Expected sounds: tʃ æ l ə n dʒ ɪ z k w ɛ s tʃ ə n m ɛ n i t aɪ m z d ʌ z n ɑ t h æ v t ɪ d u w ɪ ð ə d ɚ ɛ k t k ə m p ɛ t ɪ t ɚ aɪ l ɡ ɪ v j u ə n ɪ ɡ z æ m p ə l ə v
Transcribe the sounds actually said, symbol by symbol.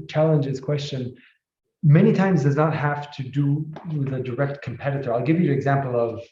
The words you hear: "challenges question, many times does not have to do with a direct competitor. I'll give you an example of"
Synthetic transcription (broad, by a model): tʃ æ l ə n dʒ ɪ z k w ɛ s tʃ ə n m ɛ n i t aɪ m z d ʌ z n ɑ t h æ f t ɪ d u w ɪ ð ə d ɚ ɛ k t k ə m p ɛ t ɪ t ɚ aɪ l ɡ ɪ v j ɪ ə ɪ ɡ z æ m p l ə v